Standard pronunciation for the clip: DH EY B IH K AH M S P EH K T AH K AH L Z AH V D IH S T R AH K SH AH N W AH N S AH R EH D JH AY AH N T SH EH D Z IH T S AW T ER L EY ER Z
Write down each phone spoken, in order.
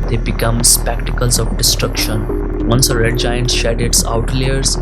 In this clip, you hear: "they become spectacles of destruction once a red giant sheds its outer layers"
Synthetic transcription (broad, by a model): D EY B IH K AH M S P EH K T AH K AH L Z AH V D IH S T R AH K SH AH N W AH N S AH R EH D JH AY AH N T SH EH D IH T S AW T L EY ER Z